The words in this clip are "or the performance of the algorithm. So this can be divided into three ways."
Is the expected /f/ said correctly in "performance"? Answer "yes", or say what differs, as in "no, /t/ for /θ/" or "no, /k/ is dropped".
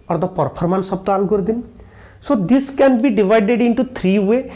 no, /p/ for /f/